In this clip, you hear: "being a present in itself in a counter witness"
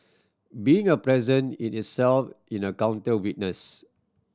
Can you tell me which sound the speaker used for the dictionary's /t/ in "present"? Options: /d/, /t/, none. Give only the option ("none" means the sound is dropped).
none